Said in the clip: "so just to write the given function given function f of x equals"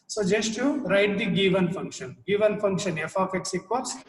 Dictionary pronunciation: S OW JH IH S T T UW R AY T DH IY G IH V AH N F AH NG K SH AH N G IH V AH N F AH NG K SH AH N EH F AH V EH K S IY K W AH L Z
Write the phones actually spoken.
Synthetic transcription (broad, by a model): S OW JH IH S T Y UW R AY T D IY G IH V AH N F AH NG K SH AH N G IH V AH N F AH NG K SH AH N EH F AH F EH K S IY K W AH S